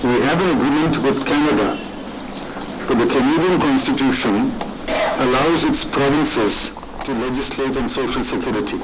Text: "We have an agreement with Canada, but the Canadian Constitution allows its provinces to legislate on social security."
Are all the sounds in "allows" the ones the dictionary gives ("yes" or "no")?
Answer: yes